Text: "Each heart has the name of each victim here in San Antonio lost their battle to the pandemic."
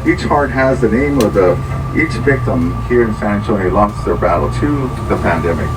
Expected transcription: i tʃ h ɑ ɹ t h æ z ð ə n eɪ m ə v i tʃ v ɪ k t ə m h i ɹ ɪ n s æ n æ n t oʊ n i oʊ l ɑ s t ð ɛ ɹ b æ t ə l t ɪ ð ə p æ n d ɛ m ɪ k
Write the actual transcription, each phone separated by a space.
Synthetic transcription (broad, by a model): i tʃ h ɑ ɹ t h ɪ z ð ə n eɪ m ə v i tʃ v ɪ k t ə m h i ɹ ɪ n s æ n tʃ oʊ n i l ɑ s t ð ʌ ɹ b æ t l t ɪ ð ə p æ n d ɛ m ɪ k